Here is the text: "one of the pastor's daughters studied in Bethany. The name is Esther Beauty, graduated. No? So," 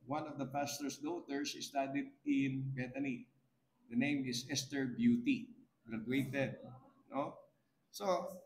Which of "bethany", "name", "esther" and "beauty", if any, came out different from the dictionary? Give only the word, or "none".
bethany